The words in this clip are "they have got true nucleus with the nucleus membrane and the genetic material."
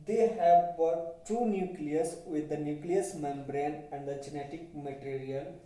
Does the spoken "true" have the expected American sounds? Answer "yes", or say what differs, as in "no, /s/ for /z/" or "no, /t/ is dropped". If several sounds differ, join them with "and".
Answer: no, /ɹ/ is dropped